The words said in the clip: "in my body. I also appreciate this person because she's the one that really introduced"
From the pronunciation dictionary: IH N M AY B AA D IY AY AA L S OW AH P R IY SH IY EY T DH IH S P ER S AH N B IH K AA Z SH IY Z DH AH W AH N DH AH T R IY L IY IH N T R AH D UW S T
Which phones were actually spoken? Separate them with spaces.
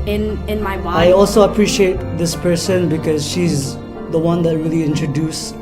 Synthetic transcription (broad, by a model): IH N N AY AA AY AA L S OW AH P R IY SH IY EY T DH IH S P ER S AH N B IH K AA Z SH IY Z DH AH W AH N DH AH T R IY L IY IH N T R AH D UW S